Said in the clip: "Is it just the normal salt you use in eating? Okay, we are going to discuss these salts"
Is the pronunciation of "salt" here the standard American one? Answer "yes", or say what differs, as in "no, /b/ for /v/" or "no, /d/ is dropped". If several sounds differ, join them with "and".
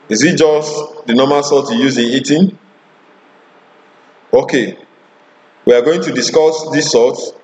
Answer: no, /l/ is dropped